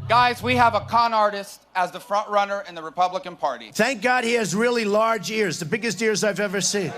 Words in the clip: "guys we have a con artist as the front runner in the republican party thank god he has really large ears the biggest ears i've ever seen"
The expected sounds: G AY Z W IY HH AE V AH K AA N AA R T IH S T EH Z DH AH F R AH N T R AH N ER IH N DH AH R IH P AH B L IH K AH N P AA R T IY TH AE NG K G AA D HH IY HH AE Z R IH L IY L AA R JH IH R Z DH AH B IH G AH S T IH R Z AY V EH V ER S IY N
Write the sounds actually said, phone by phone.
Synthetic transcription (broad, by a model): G AY Z W IY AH V AH K AA N AA R T IH S T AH Z DH AH F R AH N T R AH N ER IH N DH AH R IH P AH B L IH K AH N P AA R T IY TH AE NG K G AA D HH IY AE Z R IH L IY L AA R JH IH R Z DH AH B IH G AH S T IH R Z AY V EH V ER S IY N